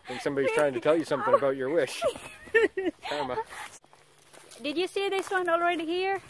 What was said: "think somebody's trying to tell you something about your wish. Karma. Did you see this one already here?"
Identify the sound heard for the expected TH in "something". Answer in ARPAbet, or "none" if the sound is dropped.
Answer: TH